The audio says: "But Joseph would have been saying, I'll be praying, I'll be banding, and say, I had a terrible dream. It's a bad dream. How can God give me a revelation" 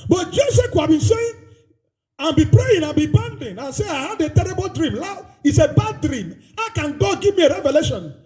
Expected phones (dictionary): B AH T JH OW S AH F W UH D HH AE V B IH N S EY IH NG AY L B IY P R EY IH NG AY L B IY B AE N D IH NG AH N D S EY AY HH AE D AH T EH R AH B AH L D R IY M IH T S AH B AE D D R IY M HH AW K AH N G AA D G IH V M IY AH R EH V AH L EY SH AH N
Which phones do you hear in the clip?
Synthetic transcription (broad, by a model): B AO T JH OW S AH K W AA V B IH N S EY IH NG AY N B IY P R EY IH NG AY N B IY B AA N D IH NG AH N S EY AY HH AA D AH T EH R AH B AH L D R IY M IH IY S AH B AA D D R IY M HH AW K AH N G AA D G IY V M IY AH R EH V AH L EY SH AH N